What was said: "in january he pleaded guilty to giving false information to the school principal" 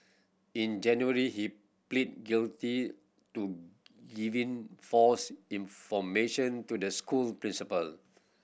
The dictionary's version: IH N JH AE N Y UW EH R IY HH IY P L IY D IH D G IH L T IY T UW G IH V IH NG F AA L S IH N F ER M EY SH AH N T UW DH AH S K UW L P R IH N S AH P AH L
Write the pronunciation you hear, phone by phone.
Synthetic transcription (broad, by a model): IH N JH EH N Y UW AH R IY HH IY P L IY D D G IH L T IY T UW G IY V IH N F AA S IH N F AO M EY SH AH N T UW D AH S K UW L P R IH N S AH P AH L